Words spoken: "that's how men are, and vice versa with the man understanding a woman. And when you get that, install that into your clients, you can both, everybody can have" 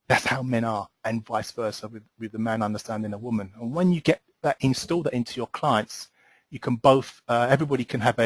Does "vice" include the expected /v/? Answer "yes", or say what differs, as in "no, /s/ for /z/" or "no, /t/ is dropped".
yes